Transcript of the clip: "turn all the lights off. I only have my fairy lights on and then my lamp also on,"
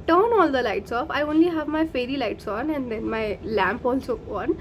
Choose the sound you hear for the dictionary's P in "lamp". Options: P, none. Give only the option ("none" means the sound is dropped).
P